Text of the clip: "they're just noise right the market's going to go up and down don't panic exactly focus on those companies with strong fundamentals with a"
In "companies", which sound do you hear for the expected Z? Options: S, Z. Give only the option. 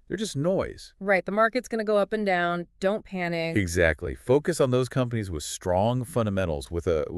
Z